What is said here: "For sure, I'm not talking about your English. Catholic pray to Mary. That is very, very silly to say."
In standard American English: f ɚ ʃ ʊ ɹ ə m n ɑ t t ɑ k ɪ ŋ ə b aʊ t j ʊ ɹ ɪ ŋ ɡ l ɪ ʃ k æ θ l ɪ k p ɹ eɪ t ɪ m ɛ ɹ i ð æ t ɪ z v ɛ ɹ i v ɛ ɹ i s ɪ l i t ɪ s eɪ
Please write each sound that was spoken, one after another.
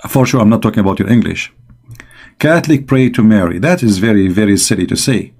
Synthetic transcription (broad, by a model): f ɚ ʃ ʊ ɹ ə m n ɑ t t ɑ k ɪ ŋ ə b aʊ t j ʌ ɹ ɪ ŋ ɡ l ɪ ʃ k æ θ l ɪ k p ɹ eɪ t ɪ m ɛ ɹ i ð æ t ɪ z v ɛ ɹ i v ɛ ɹ i s ɪ l i t ɪ s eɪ